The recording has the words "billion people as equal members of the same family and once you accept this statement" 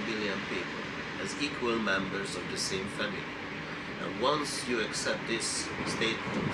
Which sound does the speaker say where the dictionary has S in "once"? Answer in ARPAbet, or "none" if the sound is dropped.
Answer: S